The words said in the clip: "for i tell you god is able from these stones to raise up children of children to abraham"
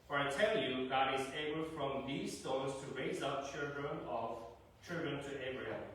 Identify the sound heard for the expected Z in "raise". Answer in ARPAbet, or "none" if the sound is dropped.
Z